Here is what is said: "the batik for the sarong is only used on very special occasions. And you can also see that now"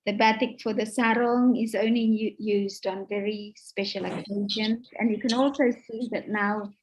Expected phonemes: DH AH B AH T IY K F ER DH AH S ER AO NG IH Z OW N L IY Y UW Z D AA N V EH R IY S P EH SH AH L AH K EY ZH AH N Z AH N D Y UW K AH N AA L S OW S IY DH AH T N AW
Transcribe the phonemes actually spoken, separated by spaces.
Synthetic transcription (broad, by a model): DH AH B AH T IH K F ER DH AH S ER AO NG IH Z OW N L IY Y UW Z D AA N V EH R IY S P EH SH AH L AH K EY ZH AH N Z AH N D Y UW K AH N AA L S OW S IY DH AH T N AW